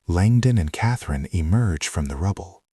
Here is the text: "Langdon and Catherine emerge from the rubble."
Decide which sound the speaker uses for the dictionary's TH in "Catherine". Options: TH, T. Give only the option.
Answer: TH